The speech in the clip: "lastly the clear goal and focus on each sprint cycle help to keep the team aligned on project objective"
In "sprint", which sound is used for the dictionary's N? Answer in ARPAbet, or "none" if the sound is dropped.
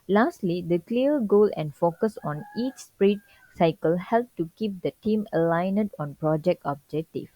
none